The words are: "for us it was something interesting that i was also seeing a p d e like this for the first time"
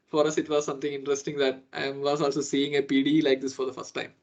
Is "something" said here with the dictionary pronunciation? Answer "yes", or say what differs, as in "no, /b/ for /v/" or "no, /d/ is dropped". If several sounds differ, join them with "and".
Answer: no, /t/ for /θ/